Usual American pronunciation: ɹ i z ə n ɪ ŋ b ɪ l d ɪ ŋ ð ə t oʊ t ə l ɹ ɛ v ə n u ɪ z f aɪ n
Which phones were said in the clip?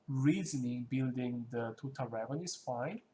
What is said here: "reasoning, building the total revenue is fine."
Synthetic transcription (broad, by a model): ɹ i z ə n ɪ b ɪ l d ɪ ŋ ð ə t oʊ t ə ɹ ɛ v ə n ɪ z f aɪ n